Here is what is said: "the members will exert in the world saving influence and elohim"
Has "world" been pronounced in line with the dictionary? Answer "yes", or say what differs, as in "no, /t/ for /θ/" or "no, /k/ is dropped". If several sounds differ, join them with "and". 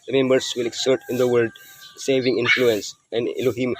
no, /l/ is dropped